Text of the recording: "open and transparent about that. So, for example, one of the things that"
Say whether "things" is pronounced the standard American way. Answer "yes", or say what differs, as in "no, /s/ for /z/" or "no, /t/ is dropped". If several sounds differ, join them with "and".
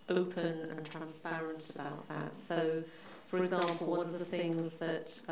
yes